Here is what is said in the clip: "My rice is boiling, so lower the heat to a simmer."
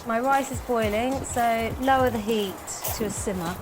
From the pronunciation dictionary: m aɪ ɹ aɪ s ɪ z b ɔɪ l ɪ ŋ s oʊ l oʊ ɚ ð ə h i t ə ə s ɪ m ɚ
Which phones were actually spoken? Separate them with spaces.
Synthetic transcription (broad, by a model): m aɪ ɹ aɪ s ɪ z b ɔɪ l ɪ ŋ s oʊ l oʊ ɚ ð ə h i t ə ə s ɪ m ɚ